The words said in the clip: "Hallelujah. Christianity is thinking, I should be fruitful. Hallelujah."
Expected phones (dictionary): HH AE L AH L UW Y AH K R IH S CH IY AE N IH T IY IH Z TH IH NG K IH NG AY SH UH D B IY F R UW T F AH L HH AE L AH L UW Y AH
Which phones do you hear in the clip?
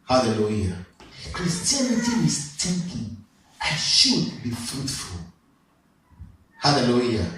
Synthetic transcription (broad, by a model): HH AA L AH L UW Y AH K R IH S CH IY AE N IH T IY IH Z T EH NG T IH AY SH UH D B IY F R UW T F AH L HH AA L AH L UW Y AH